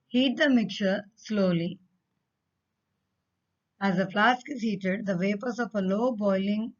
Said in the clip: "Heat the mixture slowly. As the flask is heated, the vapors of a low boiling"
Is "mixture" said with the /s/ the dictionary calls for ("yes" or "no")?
no